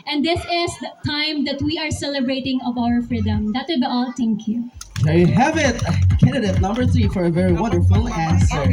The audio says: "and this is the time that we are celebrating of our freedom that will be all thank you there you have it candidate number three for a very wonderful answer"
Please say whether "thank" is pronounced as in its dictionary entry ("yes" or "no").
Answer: no